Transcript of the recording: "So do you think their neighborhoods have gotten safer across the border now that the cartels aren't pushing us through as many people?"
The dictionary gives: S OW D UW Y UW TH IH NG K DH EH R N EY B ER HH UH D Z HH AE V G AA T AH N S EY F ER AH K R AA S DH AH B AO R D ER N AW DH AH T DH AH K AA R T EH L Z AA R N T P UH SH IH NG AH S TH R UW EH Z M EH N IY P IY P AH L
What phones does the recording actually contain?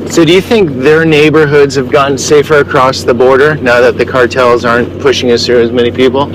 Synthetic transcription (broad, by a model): S OW D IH Y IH TH IH NG K DH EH R N EY B ER HH UH D Z HH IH V G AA T N S EY F ER AH K R AA S DH AH B AO R D ER N AW DH AH T DH AH K AA R T EH L Z AA R N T P UH SH IH NG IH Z TH R UW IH Z M EH N IY P IY P L